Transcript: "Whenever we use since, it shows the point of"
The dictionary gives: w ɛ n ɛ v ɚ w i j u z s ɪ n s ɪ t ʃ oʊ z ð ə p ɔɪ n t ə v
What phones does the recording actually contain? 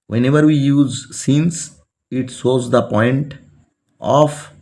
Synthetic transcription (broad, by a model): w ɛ n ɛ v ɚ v i j u z s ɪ n s ɪ t s oʊ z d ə p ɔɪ n t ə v